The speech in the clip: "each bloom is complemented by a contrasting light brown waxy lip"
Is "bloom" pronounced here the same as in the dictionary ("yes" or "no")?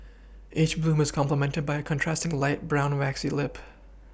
yes